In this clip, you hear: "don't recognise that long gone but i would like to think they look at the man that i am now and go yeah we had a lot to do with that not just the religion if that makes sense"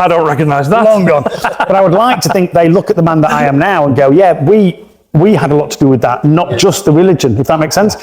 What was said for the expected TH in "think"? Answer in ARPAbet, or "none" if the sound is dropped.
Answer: TH